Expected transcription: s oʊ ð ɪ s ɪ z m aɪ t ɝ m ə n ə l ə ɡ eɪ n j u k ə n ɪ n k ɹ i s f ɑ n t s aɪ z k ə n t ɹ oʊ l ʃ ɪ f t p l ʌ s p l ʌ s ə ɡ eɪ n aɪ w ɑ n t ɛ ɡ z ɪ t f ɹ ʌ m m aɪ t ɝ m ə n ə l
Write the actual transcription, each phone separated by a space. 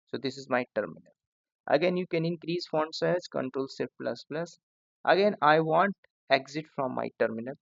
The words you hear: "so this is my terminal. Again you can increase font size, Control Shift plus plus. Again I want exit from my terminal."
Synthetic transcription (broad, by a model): s oʊ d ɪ s ɪ z m aɪ t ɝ m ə n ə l ə ɡ eɪ n j u k ə n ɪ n k ɹ i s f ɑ n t s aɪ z k ə n t ɹ oʊ l s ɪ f p l ʌ s p l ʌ s ə ɡ eɪ n aɪ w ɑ n t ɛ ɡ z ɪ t f ɹ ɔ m m aɪ t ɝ m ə n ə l